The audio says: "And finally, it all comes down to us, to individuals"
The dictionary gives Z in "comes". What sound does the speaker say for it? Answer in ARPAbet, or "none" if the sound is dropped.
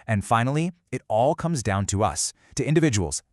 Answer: Z